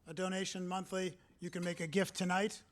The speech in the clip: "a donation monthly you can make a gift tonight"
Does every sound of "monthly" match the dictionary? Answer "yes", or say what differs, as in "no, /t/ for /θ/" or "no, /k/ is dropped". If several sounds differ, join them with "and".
yes